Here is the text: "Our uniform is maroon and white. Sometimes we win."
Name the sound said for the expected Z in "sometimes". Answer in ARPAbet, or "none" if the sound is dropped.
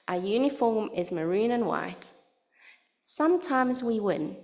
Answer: Z